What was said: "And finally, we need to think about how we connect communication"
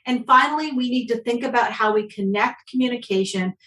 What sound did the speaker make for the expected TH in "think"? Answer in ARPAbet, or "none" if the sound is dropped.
TH